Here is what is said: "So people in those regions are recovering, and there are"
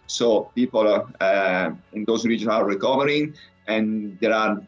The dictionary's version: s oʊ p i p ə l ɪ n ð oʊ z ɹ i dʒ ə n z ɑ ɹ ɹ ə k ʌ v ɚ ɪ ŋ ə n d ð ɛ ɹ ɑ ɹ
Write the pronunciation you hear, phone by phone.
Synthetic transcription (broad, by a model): s oʊ p i p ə l ɪ n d oʊ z ɹ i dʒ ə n ɑ ɹ ɹ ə k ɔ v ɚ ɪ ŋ ə n d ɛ ɹ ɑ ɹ